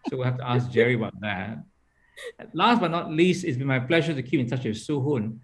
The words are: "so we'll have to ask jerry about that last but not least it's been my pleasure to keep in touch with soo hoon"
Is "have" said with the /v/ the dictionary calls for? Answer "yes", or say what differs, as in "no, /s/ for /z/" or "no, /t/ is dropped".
no, /f/ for /v/